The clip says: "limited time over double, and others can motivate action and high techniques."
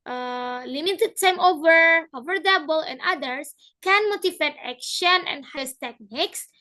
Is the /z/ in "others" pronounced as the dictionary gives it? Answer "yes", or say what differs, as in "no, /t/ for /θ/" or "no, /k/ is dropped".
no, /s/ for /z/